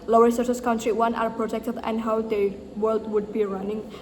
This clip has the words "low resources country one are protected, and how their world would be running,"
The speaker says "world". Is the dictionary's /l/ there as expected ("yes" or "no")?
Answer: yes